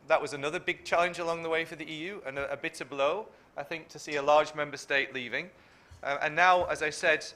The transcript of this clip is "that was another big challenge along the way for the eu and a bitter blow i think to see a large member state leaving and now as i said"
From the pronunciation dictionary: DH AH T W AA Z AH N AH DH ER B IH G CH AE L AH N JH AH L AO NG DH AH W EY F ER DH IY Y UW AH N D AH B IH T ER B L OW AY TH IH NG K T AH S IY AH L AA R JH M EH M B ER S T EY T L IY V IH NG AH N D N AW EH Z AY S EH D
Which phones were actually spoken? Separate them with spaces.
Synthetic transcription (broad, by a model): DH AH T W AA Z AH N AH DH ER B IH G CH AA L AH N JH AH L AO NG DH AH W EY F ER DH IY Y UW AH N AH AH B IH T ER B L OW AY TH IH NG K T AH S IY AH L AA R JH M EH M B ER S T EY T L IY V IH NG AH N N AW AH Z AY S EH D